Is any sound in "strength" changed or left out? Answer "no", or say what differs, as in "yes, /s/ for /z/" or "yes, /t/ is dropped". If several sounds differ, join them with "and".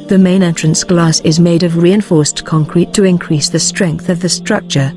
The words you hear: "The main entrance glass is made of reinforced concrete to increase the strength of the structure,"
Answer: no